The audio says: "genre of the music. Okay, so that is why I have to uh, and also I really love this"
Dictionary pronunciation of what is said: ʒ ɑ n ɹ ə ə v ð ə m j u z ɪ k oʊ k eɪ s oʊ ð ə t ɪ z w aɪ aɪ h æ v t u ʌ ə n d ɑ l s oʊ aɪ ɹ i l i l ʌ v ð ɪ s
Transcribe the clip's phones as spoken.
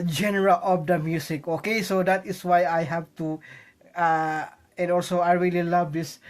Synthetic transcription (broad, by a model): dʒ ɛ n ɹ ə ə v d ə m j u s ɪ k oʊ k eɪ s oʊ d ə t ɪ s w aɪ aɪ h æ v t u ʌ ə n d ɑ l s oʊ aɪ ɹ i l i l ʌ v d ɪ s